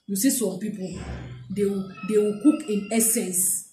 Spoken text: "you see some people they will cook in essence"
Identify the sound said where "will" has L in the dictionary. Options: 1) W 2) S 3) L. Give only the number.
1